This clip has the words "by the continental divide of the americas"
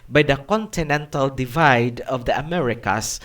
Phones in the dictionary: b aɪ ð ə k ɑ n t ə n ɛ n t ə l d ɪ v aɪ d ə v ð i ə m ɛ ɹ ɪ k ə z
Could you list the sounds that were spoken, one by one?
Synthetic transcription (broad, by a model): b aɪ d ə k ɑ n t ə n ɛ n t ə l d ɪ v aɪ d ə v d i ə m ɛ ɹ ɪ k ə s